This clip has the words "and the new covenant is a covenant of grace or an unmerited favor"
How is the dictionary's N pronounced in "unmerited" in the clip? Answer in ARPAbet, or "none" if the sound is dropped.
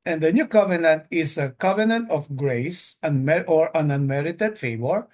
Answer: N